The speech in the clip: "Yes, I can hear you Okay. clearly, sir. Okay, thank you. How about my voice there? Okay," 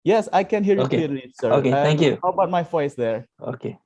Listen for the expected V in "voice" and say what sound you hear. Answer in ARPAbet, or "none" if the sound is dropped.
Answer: F